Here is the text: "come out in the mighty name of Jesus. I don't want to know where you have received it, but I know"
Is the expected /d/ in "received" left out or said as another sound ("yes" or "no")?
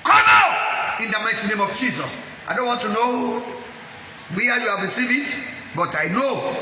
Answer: yes